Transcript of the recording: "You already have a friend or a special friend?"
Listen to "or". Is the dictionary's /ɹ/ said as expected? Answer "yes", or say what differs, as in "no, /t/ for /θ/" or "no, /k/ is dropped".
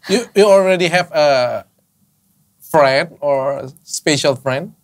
yes